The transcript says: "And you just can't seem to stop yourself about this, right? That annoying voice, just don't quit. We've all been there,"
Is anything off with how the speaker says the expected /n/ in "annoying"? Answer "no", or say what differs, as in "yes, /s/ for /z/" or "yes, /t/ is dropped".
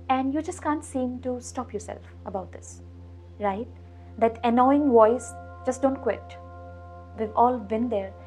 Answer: no